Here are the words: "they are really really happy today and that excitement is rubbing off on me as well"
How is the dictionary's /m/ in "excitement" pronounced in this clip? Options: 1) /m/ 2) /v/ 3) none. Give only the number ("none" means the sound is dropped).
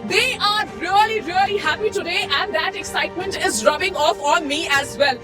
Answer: 1